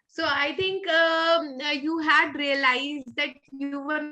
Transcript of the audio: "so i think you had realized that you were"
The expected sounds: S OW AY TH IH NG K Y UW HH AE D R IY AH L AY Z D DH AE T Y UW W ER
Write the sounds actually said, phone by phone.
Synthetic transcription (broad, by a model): S OW AY T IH NG K Y UW HH AE D R IY AH L AY Z D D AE T Y UW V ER